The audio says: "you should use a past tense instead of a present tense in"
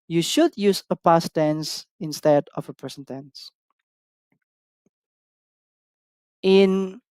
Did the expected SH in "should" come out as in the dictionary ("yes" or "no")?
yes